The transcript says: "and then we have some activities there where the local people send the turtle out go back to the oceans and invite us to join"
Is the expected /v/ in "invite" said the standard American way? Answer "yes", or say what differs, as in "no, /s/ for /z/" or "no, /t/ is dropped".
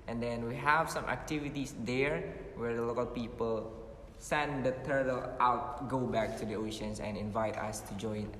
yes